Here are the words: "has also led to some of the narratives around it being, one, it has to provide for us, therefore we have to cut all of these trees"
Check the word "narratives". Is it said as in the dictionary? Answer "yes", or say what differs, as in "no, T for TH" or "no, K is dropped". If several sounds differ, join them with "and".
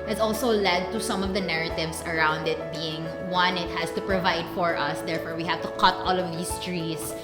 no, S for Z